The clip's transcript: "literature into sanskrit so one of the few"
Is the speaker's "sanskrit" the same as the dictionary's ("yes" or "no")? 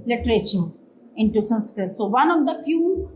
no